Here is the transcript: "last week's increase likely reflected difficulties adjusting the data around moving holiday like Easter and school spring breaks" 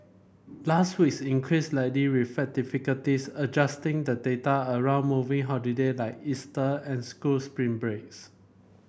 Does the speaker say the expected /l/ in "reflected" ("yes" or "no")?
no